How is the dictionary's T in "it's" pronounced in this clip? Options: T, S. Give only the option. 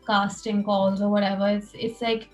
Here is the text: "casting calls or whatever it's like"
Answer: S